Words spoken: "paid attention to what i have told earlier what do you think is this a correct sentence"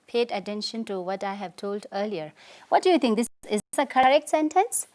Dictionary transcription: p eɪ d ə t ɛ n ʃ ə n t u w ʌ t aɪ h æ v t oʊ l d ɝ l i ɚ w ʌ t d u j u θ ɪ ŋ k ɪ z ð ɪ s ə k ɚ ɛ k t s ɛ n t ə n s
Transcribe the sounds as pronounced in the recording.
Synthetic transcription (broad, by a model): p eɪ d ə t ɛ n ʃ ə n t u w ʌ t aɪ h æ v t oʊ l d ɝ l i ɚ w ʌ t d u j u t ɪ ŋ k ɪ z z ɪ s ə k ɚ ɛ k t s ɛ n t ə n s